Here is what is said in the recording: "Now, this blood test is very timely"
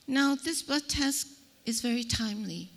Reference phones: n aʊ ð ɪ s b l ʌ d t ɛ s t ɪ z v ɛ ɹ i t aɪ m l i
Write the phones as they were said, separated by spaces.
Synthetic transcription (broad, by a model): n aʊ ð ɪ s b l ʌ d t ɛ s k ɪ z v ɛ ɹ i t aɪ m l i